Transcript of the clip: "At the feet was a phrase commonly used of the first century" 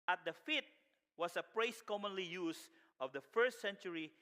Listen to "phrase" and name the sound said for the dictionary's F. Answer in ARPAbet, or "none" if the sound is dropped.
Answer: P